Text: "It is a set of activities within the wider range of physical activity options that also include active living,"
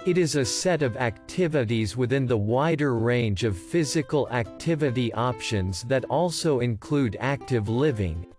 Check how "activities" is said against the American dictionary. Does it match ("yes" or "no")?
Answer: yes